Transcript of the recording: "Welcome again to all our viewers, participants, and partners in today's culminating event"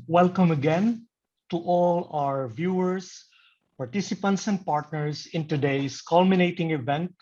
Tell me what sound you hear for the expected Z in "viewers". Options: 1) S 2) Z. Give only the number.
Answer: 1